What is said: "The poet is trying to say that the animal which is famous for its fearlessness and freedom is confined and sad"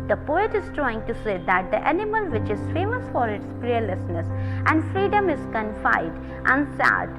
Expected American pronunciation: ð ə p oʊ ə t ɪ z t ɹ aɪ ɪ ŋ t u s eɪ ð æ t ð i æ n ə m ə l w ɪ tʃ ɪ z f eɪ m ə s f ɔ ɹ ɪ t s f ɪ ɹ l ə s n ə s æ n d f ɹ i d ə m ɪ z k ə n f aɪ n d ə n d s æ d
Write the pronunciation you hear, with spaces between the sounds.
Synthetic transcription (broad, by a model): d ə p oʊ ə t ɪ z t ɹ aɪ ɪ ŋ t u s eɪ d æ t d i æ n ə m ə l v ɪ tʃ ɪ z f eɪ m ə s f ɔ ɹ ɪ t s p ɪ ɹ l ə s n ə s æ n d f ɹ i d ə m ɪ z k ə n f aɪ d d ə n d s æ d